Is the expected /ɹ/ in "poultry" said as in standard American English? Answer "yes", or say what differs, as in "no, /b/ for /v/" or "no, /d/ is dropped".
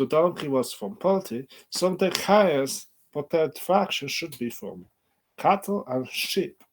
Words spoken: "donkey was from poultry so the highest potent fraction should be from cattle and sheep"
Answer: no, /ɹ/ is dropped